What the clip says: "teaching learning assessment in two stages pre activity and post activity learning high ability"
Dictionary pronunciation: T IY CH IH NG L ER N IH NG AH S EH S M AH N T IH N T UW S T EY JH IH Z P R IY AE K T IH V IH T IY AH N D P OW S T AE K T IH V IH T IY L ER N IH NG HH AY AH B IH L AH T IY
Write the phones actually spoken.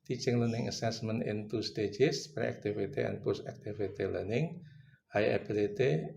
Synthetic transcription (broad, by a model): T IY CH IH NG L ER N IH NG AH S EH S M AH N IH N T UW S T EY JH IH S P R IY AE K T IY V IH T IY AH N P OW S AE K T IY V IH T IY L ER N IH NG HH AY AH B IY L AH T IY